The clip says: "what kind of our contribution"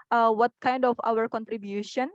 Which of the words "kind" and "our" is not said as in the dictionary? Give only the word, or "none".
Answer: none